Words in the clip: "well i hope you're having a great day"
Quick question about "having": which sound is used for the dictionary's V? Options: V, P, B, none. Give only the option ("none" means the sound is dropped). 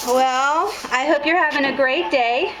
V